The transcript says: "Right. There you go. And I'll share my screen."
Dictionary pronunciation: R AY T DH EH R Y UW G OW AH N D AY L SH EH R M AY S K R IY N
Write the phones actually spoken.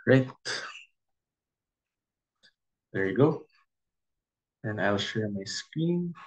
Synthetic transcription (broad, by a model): R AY T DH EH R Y G OW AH N AY L SH EH R M AY S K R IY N